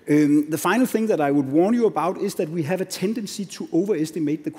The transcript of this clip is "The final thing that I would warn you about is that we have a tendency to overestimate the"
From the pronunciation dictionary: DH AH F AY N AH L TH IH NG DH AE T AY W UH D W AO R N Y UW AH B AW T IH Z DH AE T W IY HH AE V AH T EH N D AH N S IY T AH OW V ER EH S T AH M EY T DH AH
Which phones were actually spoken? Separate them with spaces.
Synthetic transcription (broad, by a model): DH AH F AY N L TH IH NG DH AE T AY W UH D W AO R N Y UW AH B AW T IH Z DH AE T W IY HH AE V AH T EH N D AH N S IY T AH OW V ER EH S T AH M EY T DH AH